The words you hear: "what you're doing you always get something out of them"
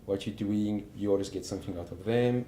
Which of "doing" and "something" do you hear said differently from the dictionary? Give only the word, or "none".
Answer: none